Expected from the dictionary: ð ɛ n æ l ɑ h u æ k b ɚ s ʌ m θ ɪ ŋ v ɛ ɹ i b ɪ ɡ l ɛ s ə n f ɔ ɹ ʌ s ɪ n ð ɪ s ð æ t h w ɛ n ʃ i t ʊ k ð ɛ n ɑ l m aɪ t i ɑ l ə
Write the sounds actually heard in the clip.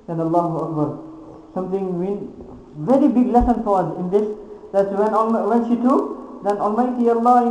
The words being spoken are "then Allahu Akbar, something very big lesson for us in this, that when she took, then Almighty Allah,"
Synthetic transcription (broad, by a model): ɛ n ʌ l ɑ h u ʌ k b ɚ s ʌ m t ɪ ŋ v ɛ ɹ i b ɪ ɡ l ɛ s ə n f ɔ ɹ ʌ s ɪ n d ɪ s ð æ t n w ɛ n ʃ i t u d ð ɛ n ɑ l m aɪ t i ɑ l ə